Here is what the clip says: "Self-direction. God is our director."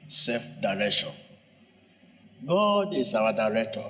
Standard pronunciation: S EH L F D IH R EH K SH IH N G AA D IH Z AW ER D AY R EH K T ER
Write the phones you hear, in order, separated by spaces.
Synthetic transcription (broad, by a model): S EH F D IH R EH K SH IH N G AA D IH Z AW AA D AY R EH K T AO